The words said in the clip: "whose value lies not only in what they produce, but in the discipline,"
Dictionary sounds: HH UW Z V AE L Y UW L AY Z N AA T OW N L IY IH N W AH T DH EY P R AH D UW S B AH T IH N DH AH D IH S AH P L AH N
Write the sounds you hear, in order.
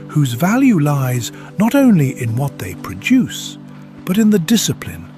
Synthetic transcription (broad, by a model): HH UW Z V AE L Y UW L AY Z N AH T OW N L IY IH N W AH T DH EY P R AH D UW S B AH T IH N DH AH D IH S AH P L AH N